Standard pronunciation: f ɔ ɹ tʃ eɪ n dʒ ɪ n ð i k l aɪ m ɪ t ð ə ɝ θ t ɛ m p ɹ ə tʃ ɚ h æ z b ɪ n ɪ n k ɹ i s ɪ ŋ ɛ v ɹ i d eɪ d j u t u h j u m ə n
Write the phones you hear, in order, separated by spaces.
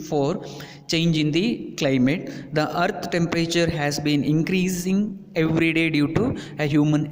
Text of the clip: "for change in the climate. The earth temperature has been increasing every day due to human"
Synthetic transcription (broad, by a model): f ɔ ɹ tʃ eɪ n dʒ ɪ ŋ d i k l aɪ m ɪ t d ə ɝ t t ɛ m p ɹ ə tʃ ɚ h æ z b ɪ n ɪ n k ɹ i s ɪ ŋ ɛ v ɹ i d eɪ d j u t u h j u m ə n